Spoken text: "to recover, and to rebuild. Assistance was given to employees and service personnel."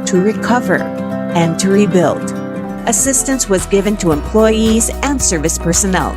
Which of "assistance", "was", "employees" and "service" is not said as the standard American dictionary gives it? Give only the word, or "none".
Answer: none